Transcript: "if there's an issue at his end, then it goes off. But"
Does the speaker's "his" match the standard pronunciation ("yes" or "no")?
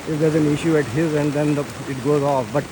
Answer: yes